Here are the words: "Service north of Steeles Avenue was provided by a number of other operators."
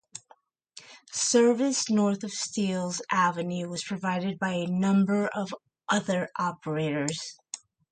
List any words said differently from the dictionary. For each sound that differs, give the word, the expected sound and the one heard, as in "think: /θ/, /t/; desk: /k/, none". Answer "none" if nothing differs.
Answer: none